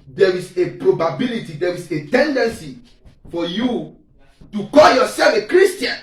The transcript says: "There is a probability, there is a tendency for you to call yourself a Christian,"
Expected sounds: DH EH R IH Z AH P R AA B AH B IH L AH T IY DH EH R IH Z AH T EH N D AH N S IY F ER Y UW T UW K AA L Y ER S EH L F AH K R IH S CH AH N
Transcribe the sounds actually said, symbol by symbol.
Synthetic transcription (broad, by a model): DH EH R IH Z AH P R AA B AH B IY L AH T IY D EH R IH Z AH T EH N D AH N S IY F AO Y UW T UW K AA L Y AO S EH L F AH K R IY S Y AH N